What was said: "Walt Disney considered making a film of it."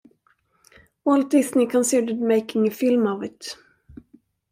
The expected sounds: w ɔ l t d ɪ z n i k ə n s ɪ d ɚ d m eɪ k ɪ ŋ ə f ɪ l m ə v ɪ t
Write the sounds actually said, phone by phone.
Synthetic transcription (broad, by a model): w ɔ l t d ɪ s n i k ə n s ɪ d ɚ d m eɪ k ɪ ŋ ə f ɪ l m ə v ɪ t